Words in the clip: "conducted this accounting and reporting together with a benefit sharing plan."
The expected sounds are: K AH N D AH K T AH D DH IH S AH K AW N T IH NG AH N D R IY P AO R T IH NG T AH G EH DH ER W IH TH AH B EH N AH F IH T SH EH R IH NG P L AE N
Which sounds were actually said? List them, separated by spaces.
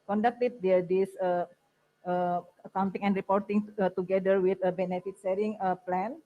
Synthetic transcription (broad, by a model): K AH N D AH K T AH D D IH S AH K AW N T IH NG AH N D R IY P AO R T IH NG T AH G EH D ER W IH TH AH B EH N AH F IH T S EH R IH NG P L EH N